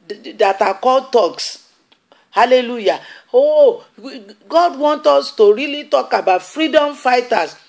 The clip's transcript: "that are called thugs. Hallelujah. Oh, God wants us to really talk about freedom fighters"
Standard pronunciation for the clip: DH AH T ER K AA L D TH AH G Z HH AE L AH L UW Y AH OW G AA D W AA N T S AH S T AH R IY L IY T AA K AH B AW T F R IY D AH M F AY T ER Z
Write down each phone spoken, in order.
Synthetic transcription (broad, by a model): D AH T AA K AA L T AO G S HH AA L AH L UW Y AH OW G AA D W AA N T AO S T AH R IY L IY T AA K AH B AW T F R IY D AH M F AY T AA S